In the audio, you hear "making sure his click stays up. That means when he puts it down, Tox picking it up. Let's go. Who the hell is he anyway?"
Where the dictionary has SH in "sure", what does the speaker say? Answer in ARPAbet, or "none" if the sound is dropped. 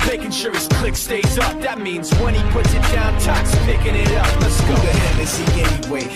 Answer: S